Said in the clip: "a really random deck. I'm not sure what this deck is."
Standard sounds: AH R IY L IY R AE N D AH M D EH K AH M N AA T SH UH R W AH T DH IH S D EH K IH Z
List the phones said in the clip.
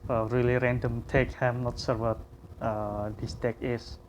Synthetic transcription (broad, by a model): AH R IY L IY R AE N D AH M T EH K AH M N AA T S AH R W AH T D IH S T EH K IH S